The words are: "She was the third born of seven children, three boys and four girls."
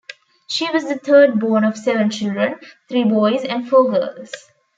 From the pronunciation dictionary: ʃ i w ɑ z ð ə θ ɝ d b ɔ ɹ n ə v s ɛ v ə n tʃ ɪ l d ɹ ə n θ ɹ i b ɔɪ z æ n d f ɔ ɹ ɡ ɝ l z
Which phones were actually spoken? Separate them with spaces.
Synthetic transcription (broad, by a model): ʃ i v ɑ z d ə t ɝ d b ɔ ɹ n ə v s ɛ v ə n tʃ ɪ l d ɹ ə n t ɹ i b ɔɪ z æ n d f ɔ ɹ ɡ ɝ l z